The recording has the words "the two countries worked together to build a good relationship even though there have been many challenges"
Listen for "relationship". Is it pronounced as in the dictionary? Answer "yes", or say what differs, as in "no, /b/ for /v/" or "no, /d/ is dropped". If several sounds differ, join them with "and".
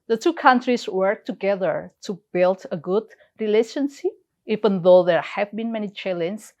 no, /s/ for /ʃ/ and /p/ is dropped